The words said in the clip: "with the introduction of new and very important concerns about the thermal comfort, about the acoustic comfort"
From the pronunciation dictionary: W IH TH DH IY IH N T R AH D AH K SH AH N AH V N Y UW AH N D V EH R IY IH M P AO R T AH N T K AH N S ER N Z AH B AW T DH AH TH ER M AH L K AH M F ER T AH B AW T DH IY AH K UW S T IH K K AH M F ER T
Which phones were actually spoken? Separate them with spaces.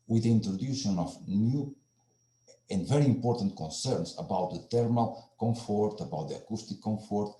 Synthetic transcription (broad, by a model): W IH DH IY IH N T R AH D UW SH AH N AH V N Y UW AH N D V EH R IY IH M P AO R T AH N T K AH N S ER N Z AH B AW T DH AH T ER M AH L K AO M F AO T AH B AW T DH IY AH K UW S T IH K K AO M F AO T